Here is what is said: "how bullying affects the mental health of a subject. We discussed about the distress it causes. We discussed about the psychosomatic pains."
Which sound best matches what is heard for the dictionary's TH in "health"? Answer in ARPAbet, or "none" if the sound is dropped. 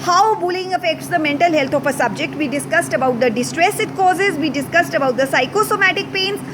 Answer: T